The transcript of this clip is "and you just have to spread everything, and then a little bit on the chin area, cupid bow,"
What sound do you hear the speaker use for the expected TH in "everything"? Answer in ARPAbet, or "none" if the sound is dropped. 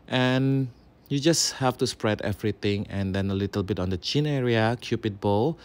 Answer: T